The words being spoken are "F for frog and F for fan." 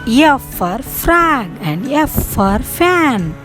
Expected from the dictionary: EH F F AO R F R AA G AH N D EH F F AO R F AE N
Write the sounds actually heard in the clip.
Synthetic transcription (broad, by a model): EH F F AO R F R AA G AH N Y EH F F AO R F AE N